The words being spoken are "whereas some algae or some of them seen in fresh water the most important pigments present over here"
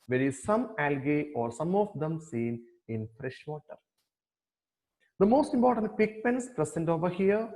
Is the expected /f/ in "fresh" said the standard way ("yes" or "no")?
yes